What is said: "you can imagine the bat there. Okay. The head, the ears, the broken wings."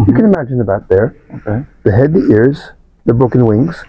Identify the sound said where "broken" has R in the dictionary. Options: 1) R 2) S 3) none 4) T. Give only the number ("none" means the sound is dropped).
3